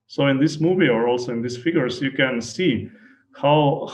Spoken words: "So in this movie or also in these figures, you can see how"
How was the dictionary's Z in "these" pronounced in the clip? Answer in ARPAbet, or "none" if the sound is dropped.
S